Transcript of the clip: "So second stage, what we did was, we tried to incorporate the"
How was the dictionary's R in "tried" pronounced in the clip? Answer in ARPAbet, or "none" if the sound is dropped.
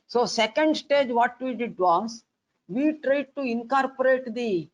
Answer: R